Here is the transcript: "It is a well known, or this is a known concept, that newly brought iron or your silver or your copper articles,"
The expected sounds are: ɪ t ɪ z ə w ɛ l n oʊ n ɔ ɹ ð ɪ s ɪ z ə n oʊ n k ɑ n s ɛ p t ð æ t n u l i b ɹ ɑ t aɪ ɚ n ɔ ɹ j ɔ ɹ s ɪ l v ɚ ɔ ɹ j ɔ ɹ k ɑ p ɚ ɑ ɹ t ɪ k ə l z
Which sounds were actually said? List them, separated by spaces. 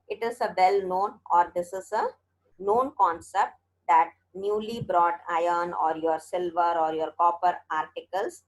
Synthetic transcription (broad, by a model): ɪ t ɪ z ə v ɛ l n oʊ n ɔ ɹ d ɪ s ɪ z ə n oʊ n k ɑ n s ɛ p t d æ t n u l i b ɹ ɑ t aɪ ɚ n ɔ ɹ j ɔ ɹ s ɪ l v ɚ ɔ ɹ j ɔ ɹ k ɑ p ɚ ɑ ɹ t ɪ k ə l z